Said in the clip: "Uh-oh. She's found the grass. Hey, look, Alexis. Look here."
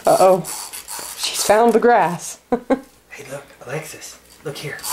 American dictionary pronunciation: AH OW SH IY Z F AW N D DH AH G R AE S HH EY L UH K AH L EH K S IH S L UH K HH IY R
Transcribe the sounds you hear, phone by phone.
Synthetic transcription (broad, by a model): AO OW SH IY Z F AW N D DH AH G R AE S HH EY L UH K AH L EH K S IH S L UH K HH IY R